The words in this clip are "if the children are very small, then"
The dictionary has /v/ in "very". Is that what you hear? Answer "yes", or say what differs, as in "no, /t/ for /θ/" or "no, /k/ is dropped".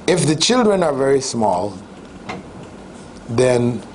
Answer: yes